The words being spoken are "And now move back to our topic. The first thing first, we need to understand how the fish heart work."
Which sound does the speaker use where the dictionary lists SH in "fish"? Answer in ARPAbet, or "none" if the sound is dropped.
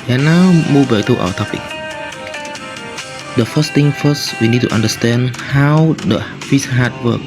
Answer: S